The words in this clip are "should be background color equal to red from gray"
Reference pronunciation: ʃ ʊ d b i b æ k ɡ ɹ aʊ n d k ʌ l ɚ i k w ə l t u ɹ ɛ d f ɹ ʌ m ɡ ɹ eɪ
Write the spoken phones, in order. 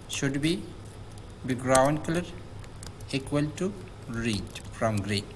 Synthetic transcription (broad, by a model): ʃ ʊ d b i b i ɡ ɹ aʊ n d k ʌ l ɚ i k w ə l t u ɹ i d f ɹ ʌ m ɡ ɹ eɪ